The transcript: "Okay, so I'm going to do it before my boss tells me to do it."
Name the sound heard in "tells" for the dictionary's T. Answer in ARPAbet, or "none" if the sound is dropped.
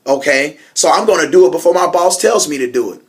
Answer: T